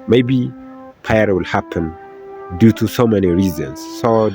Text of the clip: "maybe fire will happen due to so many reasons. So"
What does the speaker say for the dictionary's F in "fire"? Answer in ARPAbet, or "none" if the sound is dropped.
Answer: P